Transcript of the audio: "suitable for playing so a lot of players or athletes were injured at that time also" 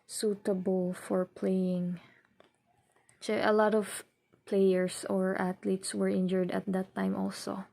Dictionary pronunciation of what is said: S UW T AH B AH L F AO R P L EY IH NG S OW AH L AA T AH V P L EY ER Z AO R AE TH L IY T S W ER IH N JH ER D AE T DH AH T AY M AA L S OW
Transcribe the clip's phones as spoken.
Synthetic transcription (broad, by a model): S UW T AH B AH L F AO R P L EY IH NG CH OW AH L AA T AH V P L EY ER S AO R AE T L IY T S W ER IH N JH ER D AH T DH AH T AY M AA L S OW